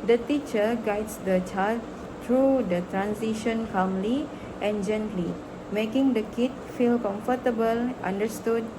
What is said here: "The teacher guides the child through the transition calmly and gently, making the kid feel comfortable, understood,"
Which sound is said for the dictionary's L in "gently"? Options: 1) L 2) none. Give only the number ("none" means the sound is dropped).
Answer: 1